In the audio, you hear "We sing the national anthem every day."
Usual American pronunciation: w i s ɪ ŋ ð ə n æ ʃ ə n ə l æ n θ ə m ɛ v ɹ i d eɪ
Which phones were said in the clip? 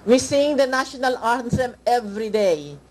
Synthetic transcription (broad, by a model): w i s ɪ ŋ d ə n æ ʃ ə n ə l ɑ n s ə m ɛ v ɹ i d eɪ